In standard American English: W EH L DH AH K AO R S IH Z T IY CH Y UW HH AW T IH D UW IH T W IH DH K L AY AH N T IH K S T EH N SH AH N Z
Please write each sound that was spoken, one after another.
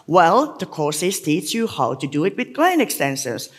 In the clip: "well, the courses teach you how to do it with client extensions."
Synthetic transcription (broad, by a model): W EH L DH AH K AO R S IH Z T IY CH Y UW HH AW T IH D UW IH T W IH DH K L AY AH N IH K S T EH N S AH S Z